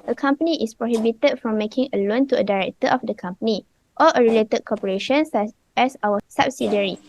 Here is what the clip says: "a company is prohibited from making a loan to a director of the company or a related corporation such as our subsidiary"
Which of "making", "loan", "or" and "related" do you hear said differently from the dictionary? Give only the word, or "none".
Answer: or